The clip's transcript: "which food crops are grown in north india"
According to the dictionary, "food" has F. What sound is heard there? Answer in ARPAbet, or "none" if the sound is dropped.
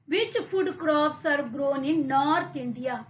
P